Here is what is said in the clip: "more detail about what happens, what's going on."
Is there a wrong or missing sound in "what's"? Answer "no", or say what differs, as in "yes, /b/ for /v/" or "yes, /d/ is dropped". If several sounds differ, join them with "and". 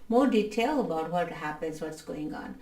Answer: no